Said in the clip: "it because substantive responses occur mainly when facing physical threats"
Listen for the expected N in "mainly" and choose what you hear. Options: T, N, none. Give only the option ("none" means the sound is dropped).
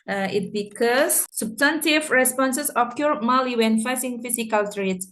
none